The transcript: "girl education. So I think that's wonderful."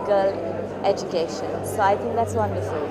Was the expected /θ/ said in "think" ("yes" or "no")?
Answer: no